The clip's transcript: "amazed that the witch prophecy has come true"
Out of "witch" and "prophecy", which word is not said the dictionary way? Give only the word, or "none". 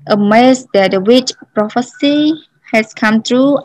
none